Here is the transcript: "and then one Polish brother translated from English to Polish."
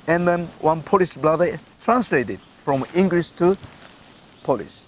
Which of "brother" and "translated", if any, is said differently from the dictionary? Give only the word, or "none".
brother